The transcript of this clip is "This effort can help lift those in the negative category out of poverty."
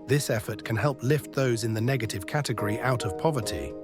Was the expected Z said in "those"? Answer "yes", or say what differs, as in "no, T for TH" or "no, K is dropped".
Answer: yes